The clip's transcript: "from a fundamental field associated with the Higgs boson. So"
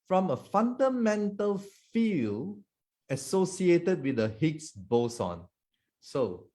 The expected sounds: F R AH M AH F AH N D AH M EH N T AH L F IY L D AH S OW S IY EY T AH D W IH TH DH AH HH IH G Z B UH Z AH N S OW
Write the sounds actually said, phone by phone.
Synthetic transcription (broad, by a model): F R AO M AH F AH N D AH M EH N T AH L F IY L AH S OW S IY EY T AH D W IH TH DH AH HH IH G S B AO S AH N S OW